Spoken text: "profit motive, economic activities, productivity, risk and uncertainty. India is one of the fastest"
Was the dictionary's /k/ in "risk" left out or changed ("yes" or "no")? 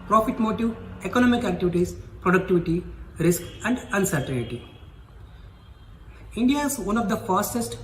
no